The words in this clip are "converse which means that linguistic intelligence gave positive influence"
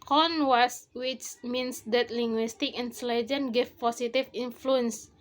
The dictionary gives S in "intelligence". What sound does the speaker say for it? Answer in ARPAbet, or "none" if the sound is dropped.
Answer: none